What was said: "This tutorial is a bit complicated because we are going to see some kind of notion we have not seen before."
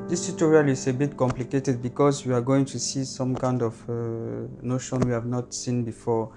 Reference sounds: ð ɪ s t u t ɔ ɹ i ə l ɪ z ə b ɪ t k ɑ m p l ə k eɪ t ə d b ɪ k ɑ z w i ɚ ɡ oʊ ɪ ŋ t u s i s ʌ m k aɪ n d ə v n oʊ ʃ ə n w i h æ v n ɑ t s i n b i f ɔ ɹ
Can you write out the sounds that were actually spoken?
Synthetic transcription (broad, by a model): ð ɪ s t u t ɔ ɹ i ə l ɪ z ə b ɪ t k ɑ m p l ə k eɪ t ə d b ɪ k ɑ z w i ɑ ɡ oʊ ɪ ŋ t u s i s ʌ m k aɪ n d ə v n oʊ ʃ ə n w i h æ v n ɑ t s i n b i f ɔ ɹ